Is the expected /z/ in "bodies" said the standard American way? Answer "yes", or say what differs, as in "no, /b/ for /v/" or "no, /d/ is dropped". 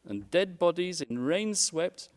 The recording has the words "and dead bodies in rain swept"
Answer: yes